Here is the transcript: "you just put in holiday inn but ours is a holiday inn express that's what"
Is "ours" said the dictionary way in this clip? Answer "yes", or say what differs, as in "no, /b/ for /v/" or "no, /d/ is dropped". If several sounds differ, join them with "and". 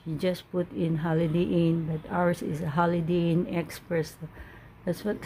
no, /s/ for /z/